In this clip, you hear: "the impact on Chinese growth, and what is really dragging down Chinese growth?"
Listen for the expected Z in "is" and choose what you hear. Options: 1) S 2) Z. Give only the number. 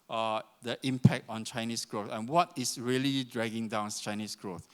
1